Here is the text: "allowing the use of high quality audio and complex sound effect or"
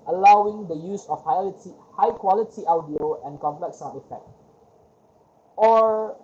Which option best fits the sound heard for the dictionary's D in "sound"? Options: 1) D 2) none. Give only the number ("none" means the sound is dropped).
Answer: 2